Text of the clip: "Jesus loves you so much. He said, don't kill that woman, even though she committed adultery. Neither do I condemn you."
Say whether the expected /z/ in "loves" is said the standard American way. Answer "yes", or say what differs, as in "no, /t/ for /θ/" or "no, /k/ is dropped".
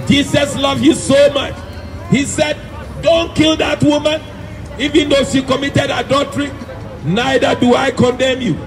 no, /z/ is dropped